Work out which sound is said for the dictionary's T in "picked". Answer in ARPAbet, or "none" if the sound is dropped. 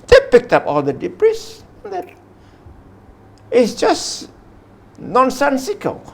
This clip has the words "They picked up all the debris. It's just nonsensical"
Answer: T